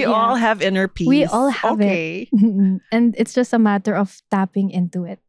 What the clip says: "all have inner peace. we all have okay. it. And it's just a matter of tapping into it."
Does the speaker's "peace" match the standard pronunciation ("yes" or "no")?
no